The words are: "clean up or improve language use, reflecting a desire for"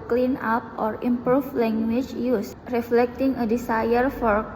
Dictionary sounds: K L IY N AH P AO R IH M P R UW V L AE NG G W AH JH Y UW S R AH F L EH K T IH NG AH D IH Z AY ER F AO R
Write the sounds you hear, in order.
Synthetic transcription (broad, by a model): K L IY N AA P AO R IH M P R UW F L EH NG G W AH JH Y UW S R AH F L EH K T IH NG AH D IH S AY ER F AO R